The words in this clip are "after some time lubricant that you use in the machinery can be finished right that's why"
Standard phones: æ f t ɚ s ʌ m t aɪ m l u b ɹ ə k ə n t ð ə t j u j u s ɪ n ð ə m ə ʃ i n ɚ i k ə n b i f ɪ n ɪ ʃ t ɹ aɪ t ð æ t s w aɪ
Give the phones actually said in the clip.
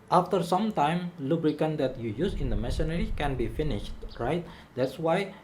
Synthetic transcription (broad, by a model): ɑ f t ɚ s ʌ m t aɪ m l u b ɹ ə k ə n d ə t j u j u s ɪ n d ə m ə s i n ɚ i k ə n b i f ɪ n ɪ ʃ t ɹ aɪ t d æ t s w aɪ